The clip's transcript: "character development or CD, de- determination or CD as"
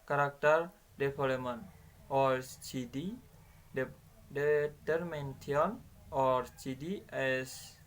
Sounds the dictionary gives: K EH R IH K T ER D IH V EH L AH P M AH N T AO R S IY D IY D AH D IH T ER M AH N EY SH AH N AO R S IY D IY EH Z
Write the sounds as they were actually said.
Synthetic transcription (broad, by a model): K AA R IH K T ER D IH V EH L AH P M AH N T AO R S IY D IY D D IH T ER M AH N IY AH N AO R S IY D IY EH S